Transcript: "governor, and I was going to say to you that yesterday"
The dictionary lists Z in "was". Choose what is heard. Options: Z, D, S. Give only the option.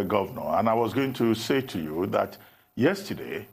Z